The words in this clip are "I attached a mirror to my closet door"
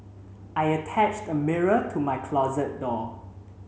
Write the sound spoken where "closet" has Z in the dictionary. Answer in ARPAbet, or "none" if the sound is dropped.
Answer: Z